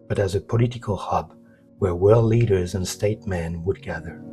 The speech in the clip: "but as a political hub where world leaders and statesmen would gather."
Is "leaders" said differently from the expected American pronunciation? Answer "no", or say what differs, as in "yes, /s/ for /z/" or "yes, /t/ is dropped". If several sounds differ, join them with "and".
no